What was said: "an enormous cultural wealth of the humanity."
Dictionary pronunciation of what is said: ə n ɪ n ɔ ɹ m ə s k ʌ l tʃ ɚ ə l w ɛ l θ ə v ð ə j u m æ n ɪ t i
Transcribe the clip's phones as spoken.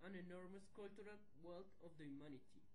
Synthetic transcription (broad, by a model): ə n ɪ n ɔ ɹ m ə s k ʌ l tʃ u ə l w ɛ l t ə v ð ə j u m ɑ n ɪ t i